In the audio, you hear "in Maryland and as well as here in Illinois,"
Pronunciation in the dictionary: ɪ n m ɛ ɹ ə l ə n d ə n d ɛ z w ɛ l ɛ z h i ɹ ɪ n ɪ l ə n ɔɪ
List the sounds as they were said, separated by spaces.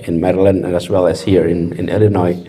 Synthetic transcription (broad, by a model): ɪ n m ɛ ɹ ə l ə n d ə n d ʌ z w ɛ l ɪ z h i ɹ ɪ n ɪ l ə n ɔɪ